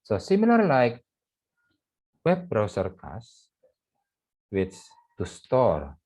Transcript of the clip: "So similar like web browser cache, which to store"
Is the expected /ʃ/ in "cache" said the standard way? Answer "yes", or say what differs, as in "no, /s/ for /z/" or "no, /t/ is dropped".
no, /s/ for /ʃ/